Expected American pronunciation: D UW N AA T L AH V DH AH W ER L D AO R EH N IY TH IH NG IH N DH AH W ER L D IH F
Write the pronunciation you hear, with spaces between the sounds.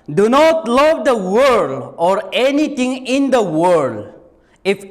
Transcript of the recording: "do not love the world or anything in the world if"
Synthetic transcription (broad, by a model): D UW N AA T L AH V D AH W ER D AO R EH N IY T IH NG IH N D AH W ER D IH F